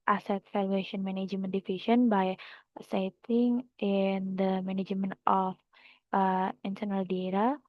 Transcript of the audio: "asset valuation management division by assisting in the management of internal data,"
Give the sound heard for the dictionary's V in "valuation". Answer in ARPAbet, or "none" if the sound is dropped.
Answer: F